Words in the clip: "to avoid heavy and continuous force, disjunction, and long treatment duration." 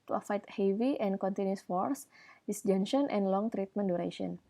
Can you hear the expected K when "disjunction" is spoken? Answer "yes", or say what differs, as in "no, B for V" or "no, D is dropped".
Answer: no, K is dropped